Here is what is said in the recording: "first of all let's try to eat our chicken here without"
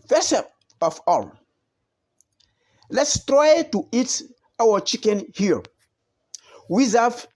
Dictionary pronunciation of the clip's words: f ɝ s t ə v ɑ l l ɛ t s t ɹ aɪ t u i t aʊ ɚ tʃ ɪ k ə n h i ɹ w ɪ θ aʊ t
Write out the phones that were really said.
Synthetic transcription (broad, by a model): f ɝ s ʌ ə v ɑ l l ɛ t s t ɹ aɪ t u i t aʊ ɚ tʃ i k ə n h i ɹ w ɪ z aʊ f